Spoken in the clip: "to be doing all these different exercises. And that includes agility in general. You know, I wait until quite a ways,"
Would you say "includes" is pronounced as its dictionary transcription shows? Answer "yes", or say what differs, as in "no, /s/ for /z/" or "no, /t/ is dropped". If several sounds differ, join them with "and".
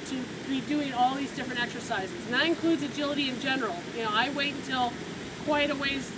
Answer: yes